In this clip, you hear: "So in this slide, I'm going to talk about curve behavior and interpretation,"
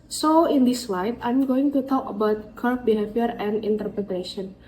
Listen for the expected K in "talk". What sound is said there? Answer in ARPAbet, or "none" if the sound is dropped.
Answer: K